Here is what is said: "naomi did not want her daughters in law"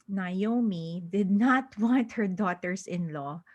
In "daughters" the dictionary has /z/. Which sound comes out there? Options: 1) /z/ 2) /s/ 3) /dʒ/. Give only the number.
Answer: 2